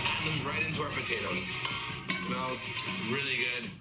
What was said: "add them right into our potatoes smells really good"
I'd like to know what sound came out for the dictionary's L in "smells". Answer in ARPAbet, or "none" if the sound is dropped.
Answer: L